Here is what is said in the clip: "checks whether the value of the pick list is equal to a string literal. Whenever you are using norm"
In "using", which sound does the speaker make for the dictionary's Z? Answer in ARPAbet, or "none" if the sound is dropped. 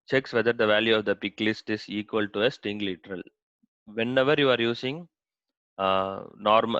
S